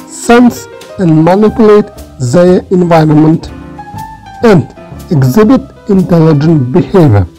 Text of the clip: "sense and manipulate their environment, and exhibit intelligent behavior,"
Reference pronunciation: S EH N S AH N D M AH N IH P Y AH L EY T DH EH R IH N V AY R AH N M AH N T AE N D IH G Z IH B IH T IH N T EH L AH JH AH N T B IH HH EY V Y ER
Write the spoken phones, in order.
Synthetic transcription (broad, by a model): S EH N S AH N D M AH N IH P Y AH L EY T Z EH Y IH N V AY R AH N M AH N T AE N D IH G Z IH B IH T IH N T EH L AH JH AH N T B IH HH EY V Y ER